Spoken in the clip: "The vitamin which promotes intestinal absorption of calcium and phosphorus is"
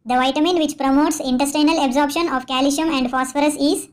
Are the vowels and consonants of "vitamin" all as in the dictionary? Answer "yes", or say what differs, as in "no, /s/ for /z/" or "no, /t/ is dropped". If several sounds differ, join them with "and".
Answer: yes